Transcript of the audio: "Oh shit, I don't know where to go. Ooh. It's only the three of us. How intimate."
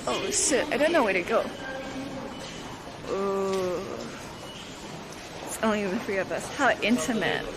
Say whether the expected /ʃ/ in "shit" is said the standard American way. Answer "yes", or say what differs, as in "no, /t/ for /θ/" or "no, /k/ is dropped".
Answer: no, /s/ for /ʃ/